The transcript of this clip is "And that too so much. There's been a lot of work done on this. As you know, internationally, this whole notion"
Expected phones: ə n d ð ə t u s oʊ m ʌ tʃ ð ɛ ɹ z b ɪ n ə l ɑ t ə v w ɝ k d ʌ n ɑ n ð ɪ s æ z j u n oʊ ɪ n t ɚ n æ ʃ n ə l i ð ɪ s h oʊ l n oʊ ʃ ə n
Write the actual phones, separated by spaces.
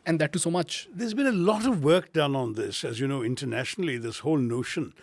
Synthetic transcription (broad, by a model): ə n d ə t u s oʊ m ʌ tʃ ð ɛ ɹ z b ɪ n ə l ɑ t ə v w ɝ k d ʌ n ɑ n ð ɪ s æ z j u n oʊ ɪ n t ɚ n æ ʃ n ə l i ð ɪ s h oʊ l n oʊ ʃ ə n